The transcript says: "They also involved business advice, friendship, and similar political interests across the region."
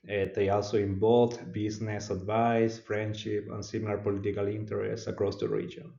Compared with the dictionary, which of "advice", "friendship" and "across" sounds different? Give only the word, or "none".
none